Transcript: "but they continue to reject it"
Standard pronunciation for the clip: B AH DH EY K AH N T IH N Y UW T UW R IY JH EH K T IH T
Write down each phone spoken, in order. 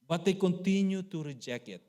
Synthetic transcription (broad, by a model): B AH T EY K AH N T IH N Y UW T UW R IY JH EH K IH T